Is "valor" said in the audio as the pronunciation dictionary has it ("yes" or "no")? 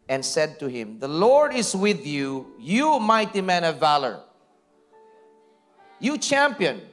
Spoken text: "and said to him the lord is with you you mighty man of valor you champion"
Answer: yes